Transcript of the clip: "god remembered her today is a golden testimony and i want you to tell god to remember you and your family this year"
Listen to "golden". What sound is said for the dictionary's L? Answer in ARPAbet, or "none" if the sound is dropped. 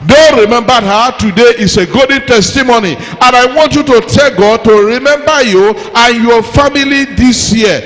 none